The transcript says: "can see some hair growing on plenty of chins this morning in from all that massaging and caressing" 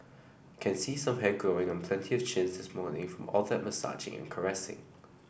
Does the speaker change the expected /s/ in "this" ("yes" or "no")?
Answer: no